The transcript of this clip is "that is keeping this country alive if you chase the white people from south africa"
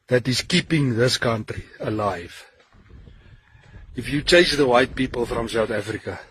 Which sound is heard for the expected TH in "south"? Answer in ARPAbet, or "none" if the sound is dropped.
TH